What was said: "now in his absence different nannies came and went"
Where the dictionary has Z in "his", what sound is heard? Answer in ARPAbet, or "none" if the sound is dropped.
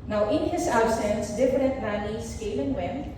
S